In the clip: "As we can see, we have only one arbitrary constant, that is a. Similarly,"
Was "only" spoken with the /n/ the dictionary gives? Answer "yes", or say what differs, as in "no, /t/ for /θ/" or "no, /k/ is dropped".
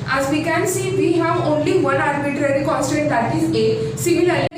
yes